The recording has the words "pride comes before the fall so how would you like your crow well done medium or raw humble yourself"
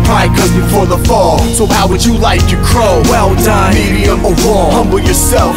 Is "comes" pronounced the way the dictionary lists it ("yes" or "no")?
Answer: no